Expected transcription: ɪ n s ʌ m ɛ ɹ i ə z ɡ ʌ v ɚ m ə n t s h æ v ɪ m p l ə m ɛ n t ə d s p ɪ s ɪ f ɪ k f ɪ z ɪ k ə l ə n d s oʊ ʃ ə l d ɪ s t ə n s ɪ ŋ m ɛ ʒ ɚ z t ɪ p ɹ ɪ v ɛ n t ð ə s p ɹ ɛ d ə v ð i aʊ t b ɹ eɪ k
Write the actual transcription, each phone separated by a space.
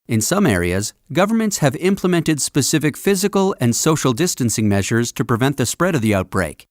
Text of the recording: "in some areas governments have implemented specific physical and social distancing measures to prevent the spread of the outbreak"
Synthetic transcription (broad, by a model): ɪ n s ʌ m ɛ ɹ i ə z ɡ ʌ v ɚ m ə n t s h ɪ v ɪ m p l ə m ɛ n t ə d s p ɪ s ɪ f ɪ k f ɪ z ɪ k ə l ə n s oʊ ʃ l d ɪ s t ə n s ɪ ŋ m ɛ ʒ ɚ z t ɪ p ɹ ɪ v ɛ n ð ə s p ɹ ɛ d ə v ð i aʊ t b ɹ eɪ k